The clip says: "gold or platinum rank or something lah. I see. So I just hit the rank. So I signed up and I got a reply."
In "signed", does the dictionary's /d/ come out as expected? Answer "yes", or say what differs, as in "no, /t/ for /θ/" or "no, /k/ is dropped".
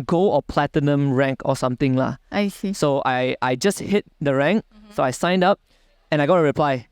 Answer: yes